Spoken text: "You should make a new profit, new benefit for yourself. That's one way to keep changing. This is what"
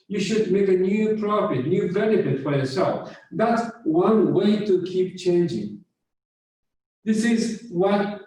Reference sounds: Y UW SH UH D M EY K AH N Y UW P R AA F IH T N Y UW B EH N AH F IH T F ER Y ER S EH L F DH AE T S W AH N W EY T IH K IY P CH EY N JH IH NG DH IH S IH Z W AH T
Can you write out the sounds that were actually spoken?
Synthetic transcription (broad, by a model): Y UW SH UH D M EY K AH N Y UW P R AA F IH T N Y UW B EH N AH F IH T F ER Y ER S EH L F DH AE T S W AH N W EY T IH K IY P CH EY N JH IH NG DH IH S IH Z W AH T